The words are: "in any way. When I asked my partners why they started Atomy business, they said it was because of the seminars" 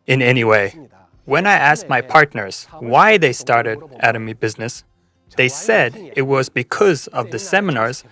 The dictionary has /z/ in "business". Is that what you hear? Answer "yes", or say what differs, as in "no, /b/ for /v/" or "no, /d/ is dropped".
yes